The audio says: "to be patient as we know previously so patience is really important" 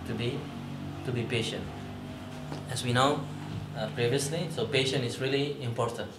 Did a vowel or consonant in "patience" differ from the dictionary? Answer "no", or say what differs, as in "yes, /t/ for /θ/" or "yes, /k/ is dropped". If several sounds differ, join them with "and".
yes, /s/ is dropped